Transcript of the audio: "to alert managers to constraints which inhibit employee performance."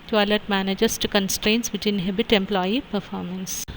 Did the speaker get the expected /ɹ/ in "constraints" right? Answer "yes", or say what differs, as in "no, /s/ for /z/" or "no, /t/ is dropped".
yes